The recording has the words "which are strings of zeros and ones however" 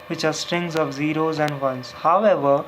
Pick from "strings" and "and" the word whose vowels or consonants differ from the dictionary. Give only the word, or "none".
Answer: none